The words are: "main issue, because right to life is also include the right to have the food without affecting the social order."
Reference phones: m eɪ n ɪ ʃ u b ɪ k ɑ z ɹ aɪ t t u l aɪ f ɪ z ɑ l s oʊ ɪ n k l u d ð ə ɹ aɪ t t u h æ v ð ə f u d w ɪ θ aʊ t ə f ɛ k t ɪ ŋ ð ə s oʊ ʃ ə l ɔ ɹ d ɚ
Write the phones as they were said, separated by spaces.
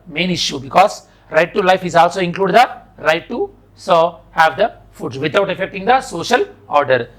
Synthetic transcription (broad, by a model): m eɪ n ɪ ʃ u b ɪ k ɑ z ɹ aɪ t t u l aɪ f ɪ z ɑ l s oʊ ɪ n k l u d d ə ɹ aɪ t t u h æ v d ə f u d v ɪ t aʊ t ə f ɛ k t ɪ ŋ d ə s oʊ ʃ ə l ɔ ɹ d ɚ